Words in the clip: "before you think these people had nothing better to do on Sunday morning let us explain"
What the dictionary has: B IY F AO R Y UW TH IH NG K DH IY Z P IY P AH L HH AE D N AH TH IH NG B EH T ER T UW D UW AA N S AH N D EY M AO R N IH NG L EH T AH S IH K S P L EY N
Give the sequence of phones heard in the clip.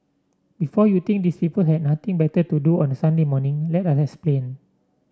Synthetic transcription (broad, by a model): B IY F AO Y UW T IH NG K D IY S P IY P AH L HH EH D N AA T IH NG B EH T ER T UW D UW AA N S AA N D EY M AO N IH NG L EH T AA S IH K S P L EY N